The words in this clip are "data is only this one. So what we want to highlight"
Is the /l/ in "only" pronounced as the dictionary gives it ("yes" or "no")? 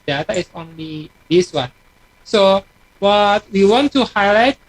yes